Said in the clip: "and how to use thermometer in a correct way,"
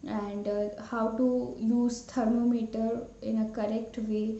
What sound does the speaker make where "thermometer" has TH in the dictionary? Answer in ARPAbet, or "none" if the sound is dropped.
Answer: T